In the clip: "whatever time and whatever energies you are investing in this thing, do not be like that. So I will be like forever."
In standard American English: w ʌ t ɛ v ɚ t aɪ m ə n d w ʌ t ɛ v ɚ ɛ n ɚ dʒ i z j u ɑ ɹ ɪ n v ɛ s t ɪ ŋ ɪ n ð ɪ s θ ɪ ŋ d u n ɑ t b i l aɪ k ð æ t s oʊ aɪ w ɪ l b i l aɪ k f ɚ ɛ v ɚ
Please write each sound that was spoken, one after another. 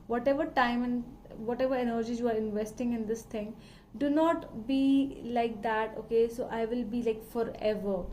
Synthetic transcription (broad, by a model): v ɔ t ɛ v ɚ t aɪ m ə n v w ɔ t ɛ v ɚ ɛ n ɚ dʒ i j u ɑ ɹ ɪ n v ɛ s t ɪ ŋ ɪ n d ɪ s t ɪ ŋ d u n ɑ t b i l aɪ k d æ t s oʊ aɪ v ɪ l b i l aɪ k f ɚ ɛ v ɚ